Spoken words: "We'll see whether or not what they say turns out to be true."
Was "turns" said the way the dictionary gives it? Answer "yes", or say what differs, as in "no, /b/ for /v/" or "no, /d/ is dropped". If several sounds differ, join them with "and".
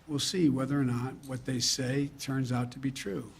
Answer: yes